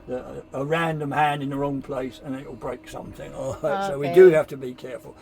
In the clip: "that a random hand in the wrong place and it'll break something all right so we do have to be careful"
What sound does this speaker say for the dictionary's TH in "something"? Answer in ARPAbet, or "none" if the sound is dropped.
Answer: TH